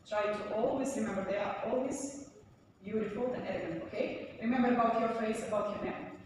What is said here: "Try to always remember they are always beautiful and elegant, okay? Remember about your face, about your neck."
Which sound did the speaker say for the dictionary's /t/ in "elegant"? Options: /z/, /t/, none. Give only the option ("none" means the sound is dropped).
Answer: none